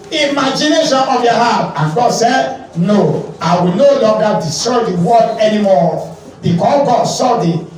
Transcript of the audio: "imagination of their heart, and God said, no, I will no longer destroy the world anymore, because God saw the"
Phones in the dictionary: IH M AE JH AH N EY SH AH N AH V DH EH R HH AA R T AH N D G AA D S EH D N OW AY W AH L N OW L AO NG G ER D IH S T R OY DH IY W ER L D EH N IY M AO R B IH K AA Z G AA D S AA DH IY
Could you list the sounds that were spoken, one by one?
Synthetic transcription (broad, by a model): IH M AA JH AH N EY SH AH N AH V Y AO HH AA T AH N G AA D S EH D N OW AY W AH L N OW L AO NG G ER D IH S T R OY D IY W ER D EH N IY M AO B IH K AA G AA D S AA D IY